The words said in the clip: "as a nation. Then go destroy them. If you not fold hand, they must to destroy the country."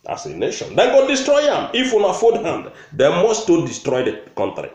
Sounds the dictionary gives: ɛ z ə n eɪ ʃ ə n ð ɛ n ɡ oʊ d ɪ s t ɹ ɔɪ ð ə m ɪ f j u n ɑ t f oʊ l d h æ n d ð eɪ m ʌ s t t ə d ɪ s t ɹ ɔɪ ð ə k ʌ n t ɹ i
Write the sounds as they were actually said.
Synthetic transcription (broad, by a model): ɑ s ə n eɪ ʃ ə n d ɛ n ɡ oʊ d ɪ s t ɹ ɔɪ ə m ɪ f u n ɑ f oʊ d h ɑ n d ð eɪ m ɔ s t t ə d ɪ s t ɹ ɔɪ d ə k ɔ n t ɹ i